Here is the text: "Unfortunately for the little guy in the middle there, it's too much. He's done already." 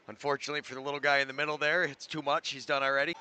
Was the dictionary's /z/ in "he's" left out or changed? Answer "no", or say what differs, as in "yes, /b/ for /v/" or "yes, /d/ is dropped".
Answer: no